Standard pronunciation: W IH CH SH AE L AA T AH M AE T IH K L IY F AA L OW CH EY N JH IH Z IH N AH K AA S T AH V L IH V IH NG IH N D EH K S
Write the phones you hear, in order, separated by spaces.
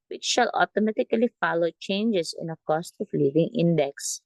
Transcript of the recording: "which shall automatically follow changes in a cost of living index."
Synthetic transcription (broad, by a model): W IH CH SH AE L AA T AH M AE T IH K L IY F AA L OW CH EY N JH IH S IH N AH K AA S T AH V L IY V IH NG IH N D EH K S